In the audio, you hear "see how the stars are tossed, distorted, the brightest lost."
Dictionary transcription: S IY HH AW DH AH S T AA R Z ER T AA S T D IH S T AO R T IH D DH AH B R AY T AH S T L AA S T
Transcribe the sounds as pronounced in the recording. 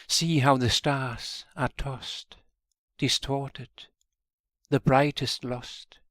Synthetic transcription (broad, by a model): S IY HH AW DH AH S T AA R Z ER T AA S T D IH S T AO R T IH D DH AH B R AY T AH S T L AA S T